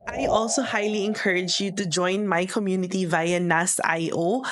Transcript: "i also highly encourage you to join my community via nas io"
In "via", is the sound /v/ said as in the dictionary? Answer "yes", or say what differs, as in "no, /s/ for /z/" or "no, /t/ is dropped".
yes